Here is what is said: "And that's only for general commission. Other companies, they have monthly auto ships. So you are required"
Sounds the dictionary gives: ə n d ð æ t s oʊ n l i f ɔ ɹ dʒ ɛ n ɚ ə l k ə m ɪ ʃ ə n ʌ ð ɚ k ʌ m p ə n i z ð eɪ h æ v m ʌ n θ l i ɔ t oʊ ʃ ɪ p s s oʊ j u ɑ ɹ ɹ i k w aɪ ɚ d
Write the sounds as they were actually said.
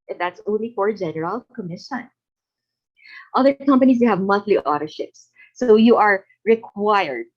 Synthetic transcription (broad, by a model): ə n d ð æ t s oʊ n l i f ɔ ɹ dʒ ɛ n ɚ ə l k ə m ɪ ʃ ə n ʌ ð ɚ k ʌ m p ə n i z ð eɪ h æ v m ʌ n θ l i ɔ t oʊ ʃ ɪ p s s oʊ j u ɑ ɹ ɹ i k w aɪ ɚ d